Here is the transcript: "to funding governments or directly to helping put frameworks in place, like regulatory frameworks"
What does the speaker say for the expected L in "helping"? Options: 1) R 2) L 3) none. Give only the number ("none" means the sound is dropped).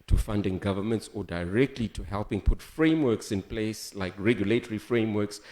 2